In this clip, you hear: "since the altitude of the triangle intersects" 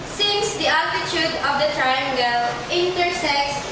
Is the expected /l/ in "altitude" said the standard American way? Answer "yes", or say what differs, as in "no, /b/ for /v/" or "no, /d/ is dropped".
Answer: no, /l/ is dropped